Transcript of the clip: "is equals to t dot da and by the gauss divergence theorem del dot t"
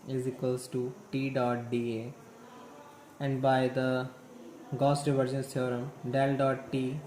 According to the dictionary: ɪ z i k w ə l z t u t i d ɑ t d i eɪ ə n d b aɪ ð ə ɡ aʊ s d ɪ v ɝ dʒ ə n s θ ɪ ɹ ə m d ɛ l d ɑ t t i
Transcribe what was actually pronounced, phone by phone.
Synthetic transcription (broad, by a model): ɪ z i k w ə l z t u t i d ɑ t d i eɪ ə n d b aɪ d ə ɡ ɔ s d ɪ v ɝ dʒ ə n s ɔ ɹ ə m d ɛ l d ɑ t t i